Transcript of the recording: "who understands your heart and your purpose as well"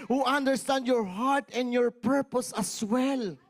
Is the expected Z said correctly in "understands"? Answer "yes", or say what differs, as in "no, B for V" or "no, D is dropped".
no, Z is dropped